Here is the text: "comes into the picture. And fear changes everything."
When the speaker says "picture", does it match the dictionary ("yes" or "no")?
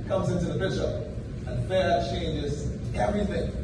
no